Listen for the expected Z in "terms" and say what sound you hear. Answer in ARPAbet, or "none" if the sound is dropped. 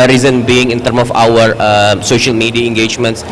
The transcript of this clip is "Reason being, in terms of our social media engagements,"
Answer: none